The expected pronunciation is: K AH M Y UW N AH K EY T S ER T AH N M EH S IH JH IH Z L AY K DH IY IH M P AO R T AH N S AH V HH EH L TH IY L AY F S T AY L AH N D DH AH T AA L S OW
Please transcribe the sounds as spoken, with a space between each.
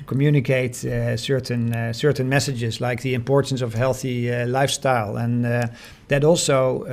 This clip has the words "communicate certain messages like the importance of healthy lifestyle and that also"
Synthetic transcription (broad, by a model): K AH M Y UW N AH K EY T S ER T AH N M EH S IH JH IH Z L AY K DH IY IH M P AO R T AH N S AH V HH EH L TH IY L AY F S T AY L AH N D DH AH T AA L S OW